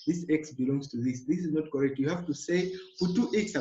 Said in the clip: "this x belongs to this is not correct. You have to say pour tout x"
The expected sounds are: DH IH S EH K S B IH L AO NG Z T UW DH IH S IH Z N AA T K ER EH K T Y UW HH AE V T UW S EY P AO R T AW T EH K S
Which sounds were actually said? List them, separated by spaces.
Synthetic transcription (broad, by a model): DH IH S EH K S B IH L AO NG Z T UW DH IH S IH Z N AA T K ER EH K T Y UW HH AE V T UW S EY F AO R T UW T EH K S